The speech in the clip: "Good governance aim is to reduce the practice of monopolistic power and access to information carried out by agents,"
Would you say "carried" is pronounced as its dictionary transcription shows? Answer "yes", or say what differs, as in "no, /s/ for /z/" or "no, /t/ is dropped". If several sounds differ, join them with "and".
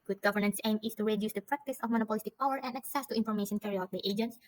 no, /d/ is dropped